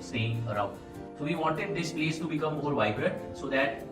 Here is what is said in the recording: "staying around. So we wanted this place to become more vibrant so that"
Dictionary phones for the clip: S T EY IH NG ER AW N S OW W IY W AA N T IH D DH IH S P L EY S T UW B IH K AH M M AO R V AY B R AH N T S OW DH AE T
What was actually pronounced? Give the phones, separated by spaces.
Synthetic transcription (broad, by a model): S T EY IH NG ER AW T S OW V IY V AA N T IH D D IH S P L EY S T UW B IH K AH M M AO R V AY B R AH T S OW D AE T